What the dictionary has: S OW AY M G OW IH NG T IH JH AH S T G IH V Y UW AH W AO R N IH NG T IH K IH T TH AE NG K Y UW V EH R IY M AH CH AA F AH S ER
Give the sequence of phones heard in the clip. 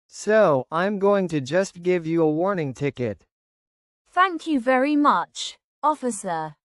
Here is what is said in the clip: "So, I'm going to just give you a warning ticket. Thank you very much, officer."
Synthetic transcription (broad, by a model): S OW AY M G OW IH NG T IH JH AH S T G IH V Y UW AH W AO R N IH NG T IH K IH T TH AE NG K Y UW V EH R IY M AH CH AA F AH S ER